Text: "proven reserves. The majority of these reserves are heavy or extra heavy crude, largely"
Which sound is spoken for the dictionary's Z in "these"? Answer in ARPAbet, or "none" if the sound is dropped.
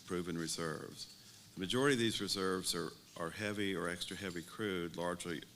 Z